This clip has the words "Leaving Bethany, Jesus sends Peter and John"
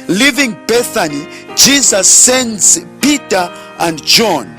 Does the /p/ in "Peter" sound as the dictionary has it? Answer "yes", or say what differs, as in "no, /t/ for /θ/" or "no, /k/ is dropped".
yes